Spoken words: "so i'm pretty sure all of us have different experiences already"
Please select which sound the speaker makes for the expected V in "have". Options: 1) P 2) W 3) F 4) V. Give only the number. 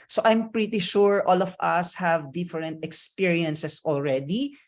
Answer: 4